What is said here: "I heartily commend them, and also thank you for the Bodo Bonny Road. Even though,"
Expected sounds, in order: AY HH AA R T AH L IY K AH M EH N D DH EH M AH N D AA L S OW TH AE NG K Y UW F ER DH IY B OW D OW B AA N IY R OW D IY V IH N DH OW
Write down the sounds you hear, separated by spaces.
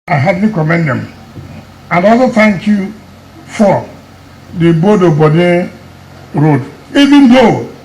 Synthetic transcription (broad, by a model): AY HH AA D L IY K AH M EH N D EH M AH N D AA S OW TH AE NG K Y UW F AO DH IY B OW D OW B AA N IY R OW D IY V IH N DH OW